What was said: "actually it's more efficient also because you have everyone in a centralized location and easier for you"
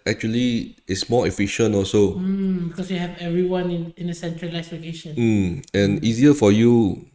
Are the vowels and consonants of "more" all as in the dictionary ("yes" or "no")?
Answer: no